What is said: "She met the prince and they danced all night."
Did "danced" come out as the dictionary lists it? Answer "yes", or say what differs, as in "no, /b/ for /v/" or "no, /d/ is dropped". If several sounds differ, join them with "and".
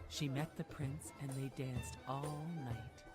yes